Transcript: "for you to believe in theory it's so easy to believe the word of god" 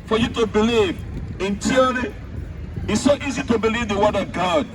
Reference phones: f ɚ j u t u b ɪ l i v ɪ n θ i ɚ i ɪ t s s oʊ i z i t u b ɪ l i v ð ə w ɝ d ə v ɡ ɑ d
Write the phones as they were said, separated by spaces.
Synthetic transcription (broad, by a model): f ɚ j u t u b ɪ l i v ɪ n t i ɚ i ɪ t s s oʊ i z i t u b ɪ l i v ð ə w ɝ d ə v ɡ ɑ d